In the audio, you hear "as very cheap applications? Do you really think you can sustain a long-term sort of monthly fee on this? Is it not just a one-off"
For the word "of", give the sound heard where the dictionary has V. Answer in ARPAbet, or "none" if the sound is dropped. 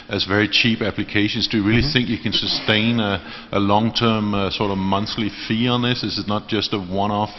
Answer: V